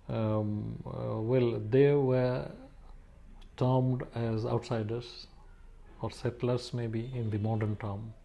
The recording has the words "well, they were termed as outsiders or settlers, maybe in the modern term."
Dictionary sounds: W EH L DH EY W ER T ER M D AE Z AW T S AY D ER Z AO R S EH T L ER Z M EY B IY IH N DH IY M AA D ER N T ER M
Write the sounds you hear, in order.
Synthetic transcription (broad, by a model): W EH L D EY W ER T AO M D AE Z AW T S AY D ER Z AO R S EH T L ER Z M EY B IY IH N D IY M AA D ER N T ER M